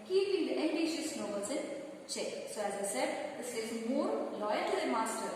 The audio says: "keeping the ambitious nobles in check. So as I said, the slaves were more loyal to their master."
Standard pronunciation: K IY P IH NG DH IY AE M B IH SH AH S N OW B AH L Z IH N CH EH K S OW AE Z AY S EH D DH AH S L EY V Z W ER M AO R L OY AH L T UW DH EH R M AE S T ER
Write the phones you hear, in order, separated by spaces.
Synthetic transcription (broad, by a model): K IY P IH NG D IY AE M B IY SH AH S N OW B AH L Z IH N CH EH K S OW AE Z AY S EH D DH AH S EY Z M AO R L OY AH L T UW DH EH M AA S T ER